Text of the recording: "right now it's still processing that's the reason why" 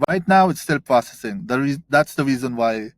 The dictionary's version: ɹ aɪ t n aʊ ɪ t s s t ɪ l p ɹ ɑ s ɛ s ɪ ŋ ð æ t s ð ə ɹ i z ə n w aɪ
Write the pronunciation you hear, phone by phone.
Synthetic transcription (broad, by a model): ɹ aɪ t n aʊ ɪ t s s t ɪ l p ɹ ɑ s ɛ s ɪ ŋ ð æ t s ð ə ɹ i z ə n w aɪ